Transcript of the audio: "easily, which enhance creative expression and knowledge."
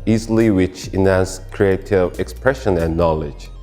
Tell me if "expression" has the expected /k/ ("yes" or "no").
yes